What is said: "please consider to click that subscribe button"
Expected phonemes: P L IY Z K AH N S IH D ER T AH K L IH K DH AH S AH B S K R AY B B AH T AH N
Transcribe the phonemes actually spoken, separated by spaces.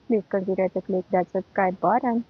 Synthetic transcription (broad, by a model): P L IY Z K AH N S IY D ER T AH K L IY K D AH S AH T K AY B B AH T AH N